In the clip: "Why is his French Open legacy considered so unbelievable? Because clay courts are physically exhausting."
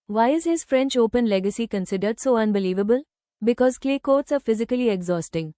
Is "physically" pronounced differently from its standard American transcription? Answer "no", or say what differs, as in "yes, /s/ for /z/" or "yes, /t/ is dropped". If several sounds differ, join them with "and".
no